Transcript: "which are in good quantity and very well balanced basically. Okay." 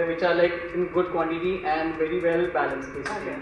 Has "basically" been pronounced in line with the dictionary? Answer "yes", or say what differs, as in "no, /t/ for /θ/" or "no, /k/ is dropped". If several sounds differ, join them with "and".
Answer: no, /l/ is dropped